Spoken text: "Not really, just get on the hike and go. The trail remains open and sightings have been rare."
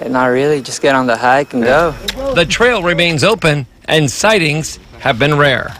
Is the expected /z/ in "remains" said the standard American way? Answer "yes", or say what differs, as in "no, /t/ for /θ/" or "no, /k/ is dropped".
yes